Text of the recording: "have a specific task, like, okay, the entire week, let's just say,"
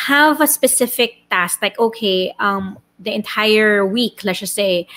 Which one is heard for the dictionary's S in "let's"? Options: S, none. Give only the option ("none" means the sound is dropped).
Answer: none